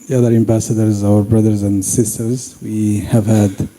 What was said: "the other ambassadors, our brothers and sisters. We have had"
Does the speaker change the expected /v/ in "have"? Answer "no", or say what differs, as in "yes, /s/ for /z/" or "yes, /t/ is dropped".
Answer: no